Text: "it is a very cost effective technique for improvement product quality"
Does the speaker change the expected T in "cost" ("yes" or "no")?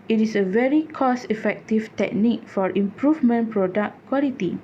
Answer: yes